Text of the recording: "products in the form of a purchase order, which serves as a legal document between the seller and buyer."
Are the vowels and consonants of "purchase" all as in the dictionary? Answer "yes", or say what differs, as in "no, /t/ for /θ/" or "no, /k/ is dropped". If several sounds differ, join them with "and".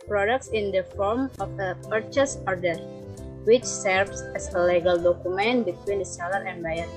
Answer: yes